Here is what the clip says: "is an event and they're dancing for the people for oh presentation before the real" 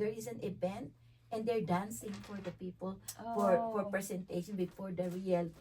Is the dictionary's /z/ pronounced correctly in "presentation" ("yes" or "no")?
no